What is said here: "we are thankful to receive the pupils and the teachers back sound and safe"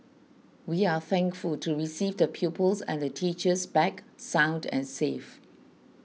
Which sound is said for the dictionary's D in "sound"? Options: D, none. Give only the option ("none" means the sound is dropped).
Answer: D